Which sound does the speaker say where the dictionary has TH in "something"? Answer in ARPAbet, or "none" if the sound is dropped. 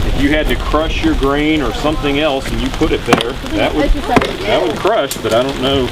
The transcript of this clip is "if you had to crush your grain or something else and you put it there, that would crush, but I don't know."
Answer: TH